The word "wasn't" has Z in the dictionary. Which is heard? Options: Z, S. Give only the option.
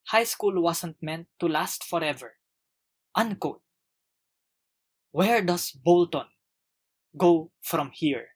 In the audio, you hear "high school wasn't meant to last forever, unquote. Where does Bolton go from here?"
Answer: S